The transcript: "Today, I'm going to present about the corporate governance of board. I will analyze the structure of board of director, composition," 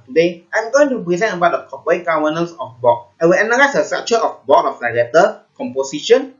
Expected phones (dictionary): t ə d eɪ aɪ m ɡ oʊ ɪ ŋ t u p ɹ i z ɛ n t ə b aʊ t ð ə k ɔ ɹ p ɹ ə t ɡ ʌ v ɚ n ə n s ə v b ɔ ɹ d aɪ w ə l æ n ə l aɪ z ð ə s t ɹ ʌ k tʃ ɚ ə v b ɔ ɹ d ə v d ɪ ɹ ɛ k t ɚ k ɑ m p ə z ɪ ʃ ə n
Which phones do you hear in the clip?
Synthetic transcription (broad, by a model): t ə d eɪ aɪ m ɡ oʊ ɪ ŋ t u p ɹ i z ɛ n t ə b aʊ t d ə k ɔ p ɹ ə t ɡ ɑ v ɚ n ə n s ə f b ɔ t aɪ w ə l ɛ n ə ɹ aɪ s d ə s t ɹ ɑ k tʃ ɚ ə f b ɔ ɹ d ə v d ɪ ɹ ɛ t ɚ k ɑ m p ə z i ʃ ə n